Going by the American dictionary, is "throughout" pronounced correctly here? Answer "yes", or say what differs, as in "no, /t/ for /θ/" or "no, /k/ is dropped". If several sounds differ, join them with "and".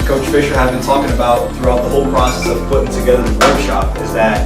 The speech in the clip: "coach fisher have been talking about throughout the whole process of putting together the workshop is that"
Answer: yes